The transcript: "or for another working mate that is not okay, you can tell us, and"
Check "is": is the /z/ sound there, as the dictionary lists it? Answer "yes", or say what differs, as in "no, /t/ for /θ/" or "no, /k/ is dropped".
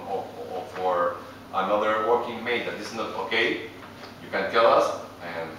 no, /s/ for /z/